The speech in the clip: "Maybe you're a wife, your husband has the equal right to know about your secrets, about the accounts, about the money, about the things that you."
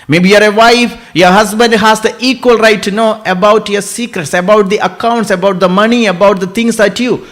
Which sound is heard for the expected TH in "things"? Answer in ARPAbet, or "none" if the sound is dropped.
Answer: T